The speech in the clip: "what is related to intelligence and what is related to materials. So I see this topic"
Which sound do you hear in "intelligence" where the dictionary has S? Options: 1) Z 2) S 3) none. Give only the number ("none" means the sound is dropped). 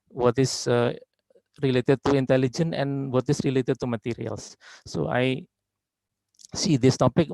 3